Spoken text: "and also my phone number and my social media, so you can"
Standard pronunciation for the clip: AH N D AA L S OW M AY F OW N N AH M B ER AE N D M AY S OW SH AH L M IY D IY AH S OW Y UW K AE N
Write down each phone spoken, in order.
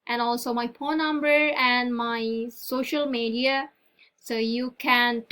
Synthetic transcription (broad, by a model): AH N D AA L S OW M AY P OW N N AH M B ER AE N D M AY S OW SH AH L M IY D IY AH S OW Y UW K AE N